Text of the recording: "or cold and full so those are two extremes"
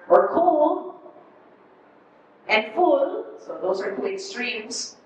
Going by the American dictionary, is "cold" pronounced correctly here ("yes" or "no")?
no